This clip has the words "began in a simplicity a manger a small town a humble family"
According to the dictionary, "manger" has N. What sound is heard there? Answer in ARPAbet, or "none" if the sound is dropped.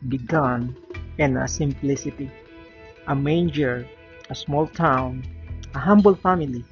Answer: N